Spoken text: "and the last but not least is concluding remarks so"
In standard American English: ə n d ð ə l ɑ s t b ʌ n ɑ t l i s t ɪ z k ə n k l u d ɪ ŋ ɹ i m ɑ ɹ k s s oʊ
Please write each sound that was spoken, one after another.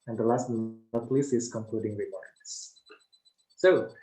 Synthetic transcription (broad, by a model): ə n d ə l ɑ s t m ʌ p l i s ɪ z k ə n k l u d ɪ ŋ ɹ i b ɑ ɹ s s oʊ